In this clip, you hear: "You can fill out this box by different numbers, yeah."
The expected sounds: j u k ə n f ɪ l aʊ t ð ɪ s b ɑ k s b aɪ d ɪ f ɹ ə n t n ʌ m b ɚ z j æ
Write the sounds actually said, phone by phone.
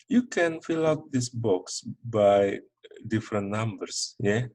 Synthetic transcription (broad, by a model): j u k ə n f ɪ l aʊ t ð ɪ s b ɑ k s b aɪ d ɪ f ɹ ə n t n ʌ m b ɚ s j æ